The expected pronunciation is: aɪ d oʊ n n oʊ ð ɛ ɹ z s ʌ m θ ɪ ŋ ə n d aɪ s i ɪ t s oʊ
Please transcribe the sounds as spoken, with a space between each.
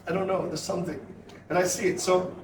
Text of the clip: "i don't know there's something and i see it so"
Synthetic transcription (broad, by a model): aɪ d oʊ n n oʊ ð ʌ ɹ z s ʌ m θ ɪ ŋ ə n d aɪ s i ɪ t s oʊ